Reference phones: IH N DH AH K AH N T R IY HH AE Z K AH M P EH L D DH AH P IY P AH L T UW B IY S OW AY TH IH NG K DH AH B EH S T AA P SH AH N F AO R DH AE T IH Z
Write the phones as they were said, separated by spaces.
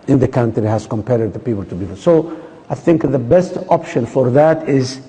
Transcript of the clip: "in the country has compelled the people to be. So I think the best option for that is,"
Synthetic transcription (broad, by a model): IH N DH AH K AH N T R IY HH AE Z K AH M P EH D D DH AH P IY P AH L T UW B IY S OW AY TH IH NG K DH AH B EH S T AA P SH AH N F AO R DH AE T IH Z